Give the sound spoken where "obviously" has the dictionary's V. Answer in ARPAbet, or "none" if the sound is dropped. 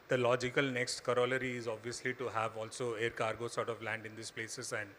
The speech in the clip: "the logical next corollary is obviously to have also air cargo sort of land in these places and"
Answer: V